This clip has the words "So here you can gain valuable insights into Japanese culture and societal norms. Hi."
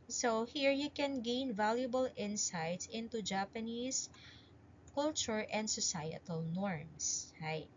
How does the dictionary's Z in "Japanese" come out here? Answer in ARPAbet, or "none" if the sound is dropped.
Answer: S